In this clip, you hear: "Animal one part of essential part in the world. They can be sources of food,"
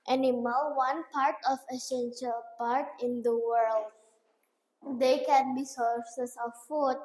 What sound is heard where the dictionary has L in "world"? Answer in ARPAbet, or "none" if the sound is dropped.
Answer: L